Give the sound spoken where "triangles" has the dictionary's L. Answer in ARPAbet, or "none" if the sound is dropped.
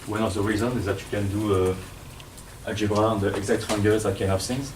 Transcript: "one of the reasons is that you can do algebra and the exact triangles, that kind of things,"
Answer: none